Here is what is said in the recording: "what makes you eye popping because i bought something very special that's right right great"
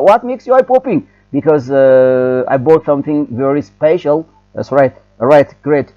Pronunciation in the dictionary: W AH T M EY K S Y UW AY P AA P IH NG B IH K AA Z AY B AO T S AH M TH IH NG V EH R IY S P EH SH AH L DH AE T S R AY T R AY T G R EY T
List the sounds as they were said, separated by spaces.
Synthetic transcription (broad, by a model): W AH T M EY K S Y UW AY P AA P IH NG B IH K AA Z AY B AO T S AH M TH IH NG V EH R IY S P EH SH AH L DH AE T S R AY T R AY T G R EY T